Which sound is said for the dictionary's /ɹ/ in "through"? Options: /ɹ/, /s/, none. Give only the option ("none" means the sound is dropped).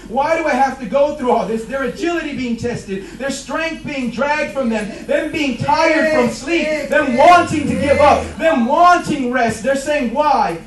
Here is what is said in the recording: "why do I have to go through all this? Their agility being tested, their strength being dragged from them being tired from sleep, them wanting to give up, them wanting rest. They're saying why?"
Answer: /ɹ/